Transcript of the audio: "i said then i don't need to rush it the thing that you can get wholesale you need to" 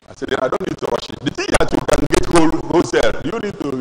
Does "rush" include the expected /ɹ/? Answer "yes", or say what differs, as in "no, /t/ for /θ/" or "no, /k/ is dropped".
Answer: no, /w/ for /ɹ/